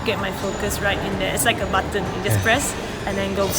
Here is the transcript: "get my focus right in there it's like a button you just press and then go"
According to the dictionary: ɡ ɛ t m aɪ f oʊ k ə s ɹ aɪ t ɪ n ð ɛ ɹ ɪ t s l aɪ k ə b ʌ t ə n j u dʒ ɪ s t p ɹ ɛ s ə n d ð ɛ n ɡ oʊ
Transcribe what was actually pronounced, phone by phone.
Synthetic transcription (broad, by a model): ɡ ɛ t m aɪ f oʊ k ə s ɹ aɪ t ɪ n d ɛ ɪ t s l aɪ k ə b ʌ t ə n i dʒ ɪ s p ɹ ɛ s ə n d ɛ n ɡ oʊ